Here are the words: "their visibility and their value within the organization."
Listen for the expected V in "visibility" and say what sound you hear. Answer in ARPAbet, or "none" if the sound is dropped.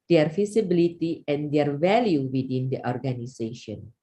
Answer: F